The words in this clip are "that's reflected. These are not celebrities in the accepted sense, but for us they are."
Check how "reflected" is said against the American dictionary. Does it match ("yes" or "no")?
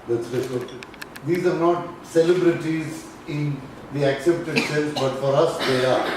no